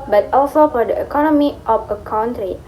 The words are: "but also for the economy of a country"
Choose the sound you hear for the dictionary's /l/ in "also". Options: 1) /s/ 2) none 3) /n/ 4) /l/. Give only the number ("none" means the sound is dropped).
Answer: 4